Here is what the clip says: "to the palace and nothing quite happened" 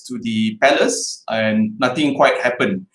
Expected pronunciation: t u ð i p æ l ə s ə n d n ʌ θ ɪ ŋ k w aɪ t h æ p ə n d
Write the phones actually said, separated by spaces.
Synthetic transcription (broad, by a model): t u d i p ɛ l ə s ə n n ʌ t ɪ ŋ k w aɪ t h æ p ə n